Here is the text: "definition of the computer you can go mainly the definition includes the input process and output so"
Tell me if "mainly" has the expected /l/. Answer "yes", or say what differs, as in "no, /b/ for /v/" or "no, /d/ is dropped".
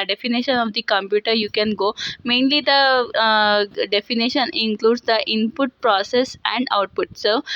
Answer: yes